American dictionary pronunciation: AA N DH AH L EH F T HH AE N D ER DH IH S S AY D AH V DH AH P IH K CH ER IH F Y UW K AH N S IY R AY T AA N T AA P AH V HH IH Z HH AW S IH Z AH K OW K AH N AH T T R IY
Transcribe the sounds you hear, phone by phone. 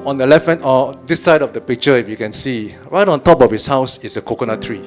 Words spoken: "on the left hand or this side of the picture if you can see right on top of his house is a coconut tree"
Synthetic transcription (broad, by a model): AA N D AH L EH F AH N AO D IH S S AY D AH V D AH P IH K CH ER IH F Y UW K AH N S IY R AY T AA N T AA P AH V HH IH S HH AW S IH S AH K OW K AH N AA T T R IY